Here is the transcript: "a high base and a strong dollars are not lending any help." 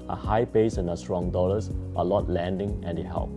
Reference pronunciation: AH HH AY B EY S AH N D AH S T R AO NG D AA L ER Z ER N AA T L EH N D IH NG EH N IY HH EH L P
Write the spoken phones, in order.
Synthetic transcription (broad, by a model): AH HH AY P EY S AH N AH S T R AO NG D AA L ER S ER L AA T L EH N D IH NG EH N IY HH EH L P